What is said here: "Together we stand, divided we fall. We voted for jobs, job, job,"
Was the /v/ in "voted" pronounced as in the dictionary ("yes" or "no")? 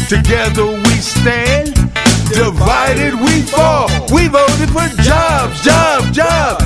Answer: yes